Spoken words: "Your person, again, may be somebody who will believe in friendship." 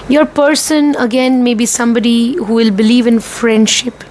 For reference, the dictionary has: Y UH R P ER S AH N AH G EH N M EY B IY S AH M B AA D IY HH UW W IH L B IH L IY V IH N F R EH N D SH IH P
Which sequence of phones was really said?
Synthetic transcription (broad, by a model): Y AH R P ER S AH N AH G EH N M EY B IY S AH M B AA D IY HH UW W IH L B IH L IY V IH N F R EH N D SH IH P